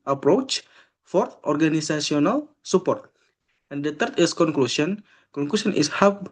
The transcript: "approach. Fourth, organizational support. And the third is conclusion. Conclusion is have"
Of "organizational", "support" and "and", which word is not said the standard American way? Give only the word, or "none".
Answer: organizational